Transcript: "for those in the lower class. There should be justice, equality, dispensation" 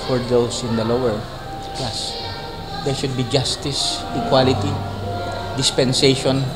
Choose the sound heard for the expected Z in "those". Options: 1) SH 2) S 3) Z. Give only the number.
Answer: 2